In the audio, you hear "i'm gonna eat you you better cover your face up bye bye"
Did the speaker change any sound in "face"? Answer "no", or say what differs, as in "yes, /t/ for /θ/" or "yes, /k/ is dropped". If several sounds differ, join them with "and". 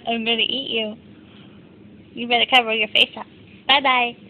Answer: no